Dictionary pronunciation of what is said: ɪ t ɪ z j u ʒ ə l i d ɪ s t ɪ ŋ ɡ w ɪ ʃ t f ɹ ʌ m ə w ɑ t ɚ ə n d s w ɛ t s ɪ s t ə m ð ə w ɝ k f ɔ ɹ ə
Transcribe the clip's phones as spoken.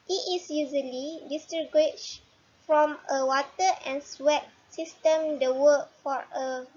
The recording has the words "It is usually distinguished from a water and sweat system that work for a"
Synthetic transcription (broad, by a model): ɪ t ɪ s j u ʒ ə l i d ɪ s t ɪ ɡ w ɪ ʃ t f ɹ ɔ m ə w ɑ t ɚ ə n s w ɛ t s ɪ s t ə m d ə w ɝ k f ɔ ɹ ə